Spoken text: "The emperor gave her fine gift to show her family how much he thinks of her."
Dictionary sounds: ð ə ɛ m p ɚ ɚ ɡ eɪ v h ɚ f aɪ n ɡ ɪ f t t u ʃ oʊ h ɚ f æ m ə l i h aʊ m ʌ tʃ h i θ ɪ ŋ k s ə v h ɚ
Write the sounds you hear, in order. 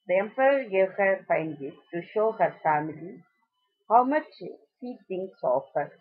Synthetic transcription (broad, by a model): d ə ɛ m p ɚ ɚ ɡ eɪ v h ɚ f aɪ n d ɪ t t u ʃ oʊ h ɚ f æ m ə l i h aʊ m ʌ tʃ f i t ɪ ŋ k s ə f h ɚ